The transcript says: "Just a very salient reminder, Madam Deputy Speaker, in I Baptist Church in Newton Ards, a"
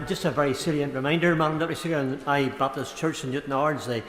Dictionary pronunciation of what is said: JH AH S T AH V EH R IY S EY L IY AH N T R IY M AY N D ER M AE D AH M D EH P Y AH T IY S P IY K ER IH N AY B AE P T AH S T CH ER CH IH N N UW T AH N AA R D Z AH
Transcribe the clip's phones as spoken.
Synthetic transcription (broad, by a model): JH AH S T AH V EH R IY S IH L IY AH N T R IY M AY N D ER M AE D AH M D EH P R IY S IY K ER IH N AY B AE P T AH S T CH ER CH IH N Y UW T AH N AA R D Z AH